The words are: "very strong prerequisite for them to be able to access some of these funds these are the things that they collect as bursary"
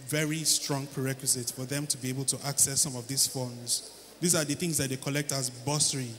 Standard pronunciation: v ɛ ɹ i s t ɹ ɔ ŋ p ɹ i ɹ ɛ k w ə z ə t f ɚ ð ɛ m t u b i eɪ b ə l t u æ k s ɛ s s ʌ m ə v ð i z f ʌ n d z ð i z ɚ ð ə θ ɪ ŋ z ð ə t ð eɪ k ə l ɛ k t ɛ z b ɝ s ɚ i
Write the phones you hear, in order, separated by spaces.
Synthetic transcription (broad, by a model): v ɛ ɹ i s t ɹ ɔ ŋ p ɹ i ɹ ɛ k w ə z ə t f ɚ ð ɛ m t u b i eɪ b ə l t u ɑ k s ɛ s s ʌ m ə v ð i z f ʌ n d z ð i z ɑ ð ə θ ɪ ŋ z ð ə t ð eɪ k ə l ɛ k t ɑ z b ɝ s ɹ i